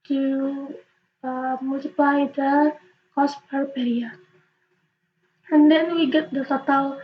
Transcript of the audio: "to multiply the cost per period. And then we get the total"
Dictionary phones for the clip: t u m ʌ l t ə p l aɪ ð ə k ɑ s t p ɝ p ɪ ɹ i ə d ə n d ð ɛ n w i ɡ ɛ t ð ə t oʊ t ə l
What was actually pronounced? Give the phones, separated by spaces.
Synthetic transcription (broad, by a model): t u m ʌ l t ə p l aɪ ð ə k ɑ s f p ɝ b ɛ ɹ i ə ə n d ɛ n w i ɡ ɛ t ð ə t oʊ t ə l